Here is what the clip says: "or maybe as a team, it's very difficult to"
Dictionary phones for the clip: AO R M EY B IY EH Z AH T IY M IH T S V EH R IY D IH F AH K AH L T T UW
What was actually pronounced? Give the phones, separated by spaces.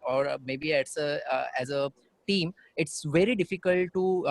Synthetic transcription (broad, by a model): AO R M EY B IY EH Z AH T IY M IH T S V EH R IY D IH F AH K AH L T T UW